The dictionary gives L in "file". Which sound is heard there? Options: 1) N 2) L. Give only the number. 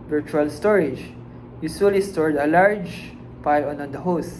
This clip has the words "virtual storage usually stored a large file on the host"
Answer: 1